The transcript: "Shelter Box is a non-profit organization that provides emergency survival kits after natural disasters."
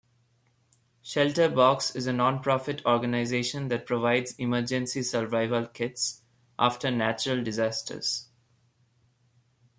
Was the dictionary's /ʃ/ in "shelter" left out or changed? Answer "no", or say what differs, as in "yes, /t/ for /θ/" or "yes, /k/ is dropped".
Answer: no